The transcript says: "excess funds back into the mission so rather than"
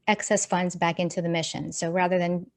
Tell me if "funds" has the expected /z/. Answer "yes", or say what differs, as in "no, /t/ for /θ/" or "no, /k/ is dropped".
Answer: yes